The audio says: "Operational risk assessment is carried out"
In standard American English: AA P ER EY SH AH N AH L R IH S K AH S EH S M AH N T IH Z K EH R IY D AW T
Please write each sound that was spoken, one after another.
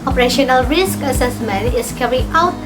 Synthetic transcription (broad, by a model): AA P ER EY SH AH N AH L R IH S K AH S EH S M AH N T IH S K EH R IY AW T